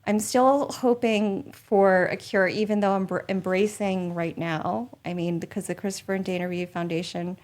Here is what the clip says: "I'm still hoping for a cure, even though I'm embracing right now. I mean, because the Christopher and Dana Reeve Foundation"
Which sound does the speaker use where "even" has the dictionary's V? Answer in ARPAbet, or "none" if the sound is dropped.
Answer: V